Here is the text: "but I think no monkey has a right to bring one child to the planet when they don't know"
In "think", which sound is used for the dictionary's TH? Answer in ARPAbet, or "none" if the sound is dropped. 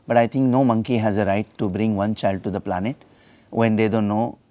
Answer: T